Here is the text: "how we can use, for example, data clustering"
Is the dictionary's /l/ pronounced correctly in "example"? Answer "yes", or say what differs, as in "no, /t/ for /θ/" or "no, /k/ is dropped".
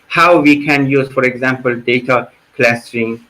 yes